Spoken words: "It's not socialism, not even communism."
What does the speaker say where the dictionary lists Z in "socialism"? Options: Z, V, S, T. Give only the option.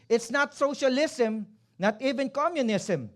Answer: S